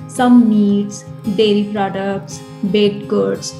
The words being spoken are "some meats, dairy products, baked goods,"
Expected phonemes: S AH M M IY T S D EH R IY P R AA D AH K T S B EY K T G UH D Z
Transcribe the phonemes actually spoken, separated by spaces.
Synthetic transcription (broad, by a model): S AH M M IY T S D EH R IY P R AA D AH K T S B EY T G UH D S